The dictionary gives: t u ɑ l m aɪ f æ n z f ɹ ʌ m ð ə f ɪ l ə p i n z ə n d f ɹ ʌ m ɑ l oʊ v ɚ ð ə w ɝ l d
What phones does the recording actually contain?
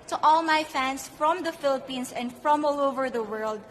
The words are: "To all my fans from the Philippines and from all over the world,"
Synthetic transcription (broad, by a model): t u ɑ l m aɪ f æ n s f ɹ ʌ m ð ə f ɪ l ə p i n s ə n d f ɹ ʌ m ɑ l oʊ v ɚ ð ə w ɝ l d